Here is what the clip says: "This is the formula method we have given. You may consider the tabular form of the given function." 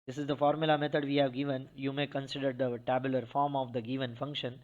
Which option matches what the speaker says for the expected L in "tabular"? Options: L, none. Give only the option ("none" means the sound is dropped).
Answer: L